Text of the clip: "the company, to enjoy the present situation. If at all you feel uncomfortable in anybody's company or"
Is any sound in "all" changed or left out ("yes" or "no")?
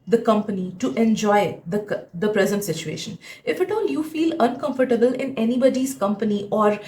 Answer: no